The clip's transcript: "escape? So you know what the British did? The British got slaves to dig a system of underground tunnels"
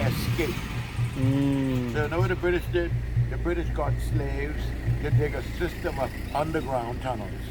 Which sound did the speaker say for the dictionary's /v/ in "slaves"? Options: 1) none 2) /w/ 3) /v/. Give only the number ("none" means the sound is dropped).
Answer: 3